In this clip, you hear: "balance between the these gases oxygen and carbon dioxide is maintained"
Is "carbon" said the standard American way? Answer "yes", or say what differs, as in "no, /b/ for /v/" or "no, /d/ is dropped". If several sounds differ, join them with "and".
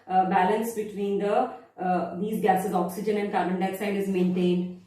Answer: no, /b/ is dropped